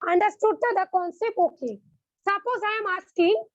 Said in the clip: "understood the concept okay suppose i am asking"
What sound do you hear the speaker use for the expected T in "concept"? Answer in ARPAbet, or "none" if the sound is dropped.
none